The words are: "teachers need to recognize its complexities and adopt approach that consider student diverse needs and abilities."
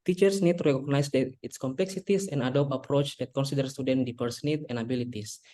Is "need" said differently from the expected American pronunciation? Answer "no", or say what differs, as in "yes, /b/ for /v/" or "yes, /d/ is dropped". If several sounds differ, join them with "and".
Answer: no